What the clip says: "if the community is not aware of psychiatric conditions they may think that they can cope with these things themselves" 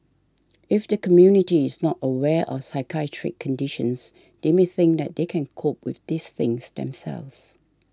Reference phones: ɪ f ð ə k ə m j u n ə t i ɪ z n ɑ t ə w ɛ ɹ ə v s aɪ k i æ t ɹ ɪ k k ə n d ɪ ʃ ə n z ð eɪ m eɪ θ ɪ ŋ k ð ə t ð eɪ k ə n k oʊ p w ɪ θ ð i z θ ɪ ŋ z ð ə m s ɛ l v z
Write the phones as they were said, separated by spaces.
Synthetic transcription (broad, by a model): ɪ f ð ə k ə m j u n ə t i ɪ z n ɑ t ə w ɛ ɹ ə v s aɪ k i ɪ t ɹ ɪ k k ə n d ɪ ʃ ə n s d eɪ m eɪ θ ɪ ŋ k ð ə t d eɪ k ə n k oʊ p w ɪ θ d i s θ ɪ ŋ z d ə m s ɛ l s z